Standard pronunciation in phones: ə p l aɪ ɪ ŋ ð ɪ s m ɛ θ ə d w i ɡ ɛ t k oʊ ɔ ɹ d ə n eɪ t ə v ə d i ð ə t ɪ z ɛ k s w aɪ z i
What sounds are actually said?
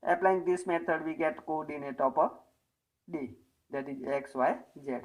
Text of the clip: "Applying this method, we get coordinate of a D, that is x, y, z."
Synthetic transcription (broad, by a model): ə p l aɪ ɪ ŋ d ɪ s m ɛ t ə d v i ɡ ɛ t k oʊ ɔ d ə n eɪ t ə p ə d i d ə t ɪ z ɛ k s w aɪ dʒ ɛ